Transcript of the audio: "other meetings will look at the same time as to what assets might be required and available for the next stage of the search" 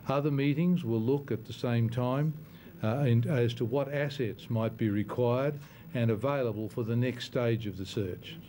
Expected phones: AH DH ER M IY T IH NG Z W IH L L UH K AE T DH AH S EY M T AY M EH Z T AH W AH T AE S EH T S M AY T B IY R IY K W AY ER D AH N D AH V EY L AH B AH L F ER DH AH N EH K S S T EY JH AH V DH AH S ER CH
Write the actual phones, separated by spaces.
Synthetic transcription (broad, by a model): AH DH ER M IY T IH NG Z W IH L L UH K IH T DH AH S EY M T AY M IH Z T AH W AH T AE S EH T S M AY T B IY R IY K W AY ER D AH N AH V EY L AH B AH L F ER DH AH N EH K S S T EY JH AH V DH AH S ER CH